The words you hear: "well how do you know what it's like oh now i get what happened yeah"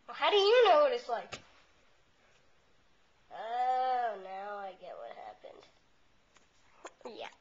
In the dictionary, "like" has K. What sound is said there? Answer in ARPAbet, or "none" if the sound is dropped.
none